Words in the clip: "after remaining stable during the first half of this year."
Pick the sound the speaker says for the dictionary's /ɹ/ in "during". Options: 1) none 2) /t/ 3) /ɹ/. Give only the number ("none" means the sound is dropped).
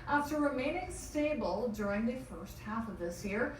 3